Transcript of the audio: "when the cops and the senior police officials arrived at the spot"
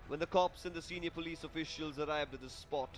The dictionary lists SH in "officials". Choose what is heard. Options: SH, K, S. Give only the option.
SH